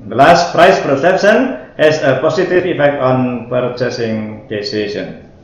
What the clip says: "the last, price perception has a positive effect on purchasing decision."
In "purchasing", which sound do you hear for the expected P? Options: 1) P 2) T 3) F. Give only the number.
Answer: 1